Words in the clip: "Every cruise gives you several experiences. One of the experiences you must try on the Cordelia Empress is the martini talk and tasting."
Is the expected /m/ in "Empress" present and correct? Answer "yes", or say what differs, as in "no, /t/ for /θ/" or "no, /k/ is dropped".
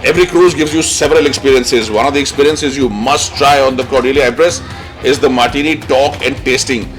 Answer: no, /m/ is dropped